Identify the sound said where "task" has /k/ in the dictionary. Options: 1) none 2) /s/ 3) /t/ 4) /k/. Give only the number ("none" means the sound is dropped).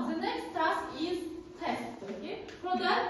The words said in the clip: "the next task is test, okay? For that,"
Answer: 1